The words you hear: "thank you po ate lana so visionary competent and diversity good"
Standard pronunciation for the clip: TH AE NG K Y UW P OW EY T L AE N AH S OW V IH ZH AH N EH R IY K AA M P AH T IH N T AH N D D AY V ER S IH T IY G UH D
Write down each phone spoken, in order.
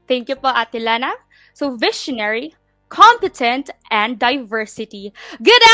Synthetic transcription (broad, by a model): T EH NG K Y UW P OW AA T L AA N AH S OW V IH SH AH N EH R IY K AA M P AH T IH N T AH N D D AY V ER S IH T IY G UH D